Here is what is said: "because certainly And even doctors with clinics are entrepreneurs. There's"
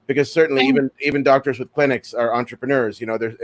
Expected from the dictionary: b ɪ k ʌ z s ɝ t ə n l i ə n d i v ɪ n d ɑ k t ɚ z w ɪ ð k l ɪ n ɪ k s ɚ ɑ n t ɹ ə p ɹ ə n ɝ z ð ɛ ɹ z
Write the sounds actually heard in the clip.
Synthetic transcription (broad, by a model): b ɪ k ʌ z s ɝ t n l i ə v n i v ɪ n d ɑ k t ɚ z w ɪ ð k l ɪ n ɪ k s ɚ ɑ n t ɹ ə p ɹ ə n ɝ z ð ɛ ɹ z